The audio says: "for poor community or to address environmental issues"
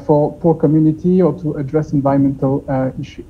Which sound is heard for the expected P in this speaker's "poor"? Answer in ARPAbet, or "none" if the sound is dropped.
P